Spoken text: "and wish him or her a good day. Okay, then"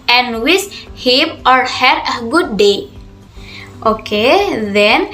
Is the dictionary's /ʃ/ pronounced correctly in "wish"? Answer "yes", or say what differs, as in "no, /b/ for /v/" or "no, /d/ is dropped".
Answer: no, /s/ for /ʃ/